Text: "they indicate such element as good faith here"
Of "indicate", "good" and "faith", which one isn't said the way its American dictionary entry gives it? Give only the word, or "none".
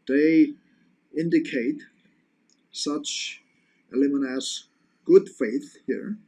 none